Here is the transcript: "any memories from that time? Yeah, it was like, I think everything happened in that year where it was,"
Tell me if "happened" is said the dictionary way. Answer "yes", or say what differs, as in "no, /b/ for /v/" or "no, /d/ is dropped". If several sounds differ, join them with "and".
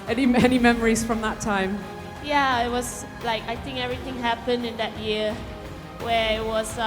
yes